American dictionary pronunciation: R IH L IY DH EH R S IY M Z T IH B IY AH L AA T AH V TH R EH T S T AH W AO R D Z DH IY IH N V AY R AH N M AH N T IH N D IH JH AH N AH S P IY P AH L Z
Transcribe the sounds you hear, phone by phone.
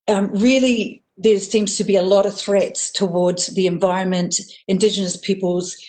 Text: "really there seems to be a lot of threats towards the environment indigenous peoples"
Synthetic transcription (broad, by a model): R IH L IY DH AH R S IY M Z T IH B IY AH L AA T AH V TH R EH T S T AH W AO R D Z DH IY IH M V AY R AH N M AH N T IH N D IH JH AH N AH S P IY P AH L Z